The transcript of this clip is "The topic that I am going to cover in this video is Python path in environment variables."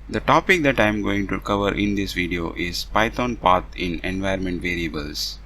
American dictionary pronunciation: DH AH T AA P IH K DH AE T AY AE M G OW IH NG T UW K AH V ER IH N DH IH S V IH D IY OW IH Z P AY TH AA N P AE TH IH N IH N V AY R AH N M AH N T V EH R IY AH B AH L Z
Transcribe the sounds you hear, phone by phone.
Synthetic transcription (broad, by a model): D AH T AA P IH K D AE T AY M G OW IH NG T UW K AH V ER IH N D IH S V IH D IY OW IH Z P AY T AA N P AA T IH N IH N V AY R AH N M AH N T V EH R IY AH B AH L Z